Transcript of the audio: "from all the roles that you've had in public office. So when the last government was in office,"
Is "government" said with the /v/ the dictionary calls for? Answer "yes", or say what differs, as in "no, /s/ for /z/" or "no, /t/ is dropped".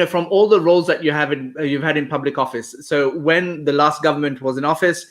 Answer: yes